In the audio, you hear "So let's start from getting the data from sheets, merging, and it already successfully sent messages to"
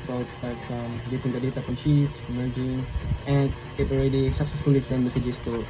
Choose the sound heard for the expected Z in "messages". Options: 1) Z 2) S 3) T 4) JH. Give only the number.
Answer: 2